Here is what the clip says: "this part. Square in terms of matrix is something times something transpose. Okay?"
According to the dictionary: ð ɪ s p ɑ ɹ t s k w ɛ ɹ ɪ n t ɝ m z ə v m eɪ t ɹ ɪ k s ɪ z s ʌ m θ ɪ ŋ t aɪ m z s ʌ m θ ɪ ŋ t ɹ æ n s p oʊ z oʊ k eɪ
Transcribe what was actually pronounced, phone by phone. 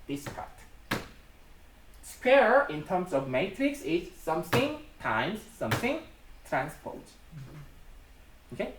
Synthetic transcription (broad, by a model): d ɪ s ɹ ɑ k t s k w ɛ ɹ ɪ n t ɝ m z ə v m eɪ t ɹ ɪ k s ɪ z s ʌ m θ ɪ ŋ t aɪ m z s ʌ m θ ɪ ŋ t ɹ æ n s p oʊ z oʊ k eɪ